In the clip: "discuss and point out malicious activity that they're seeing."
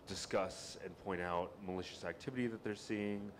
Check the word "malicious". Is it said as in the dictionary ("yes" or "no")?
yes